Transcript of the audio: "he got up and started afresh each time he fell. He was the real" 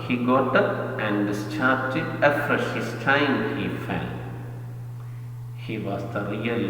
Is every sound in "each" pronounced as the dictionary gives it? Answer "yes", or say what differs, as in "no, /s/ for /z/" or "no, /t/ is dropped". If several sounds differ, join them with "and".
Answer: no, /s/ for /tʃ/